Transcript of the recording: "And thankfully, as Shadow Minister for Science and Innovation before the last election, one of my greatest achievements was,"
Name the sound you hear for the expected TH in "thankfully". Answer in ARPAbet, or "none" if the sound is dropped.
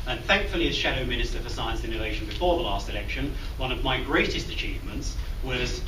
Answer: TH